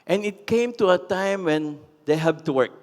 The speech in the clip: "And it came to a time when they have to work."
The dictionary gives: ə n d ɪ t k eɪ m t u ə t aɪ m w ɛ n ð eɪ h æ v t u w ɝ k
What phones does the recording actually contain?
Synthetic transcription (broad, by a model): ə n ɪ t k eɪ m t u ə t aɪ m w ɛ n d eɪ h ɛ b t u w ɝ k